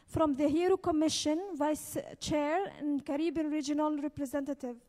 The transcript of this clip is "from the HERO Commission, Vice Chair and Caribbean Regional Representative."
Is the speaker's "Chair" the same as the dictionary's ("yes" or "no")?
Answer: yes